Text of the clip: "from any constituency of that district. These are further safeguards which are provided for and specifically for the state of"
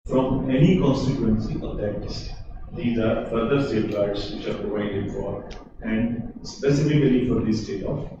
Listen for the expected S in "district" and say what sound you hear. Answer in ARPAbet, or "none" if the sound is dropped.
none